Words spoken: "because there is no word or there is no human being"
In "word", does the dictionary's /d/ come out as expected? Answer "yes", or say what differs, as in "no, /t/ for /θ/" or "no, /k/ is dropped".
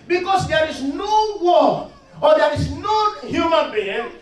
no, /d/ is dropped